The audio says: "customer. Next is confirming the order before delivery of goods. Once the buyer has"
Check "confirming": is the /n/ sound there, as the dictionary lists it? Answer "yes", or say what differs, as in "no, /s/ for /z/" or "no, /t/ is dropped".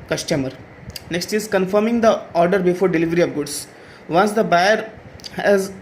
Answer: yes